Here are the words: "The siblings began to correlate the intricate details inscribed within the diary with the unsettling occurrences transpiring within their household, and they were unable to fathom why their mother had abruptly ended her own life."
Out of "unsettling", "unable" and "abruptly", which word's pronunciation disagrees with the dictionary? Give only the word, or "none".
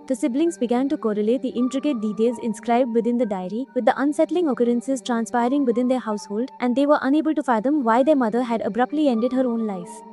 none